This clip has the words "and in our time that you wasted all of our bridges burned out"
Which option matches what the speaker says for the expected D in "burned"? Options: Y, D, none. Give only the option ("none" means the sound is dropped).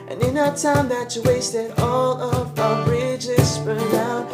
none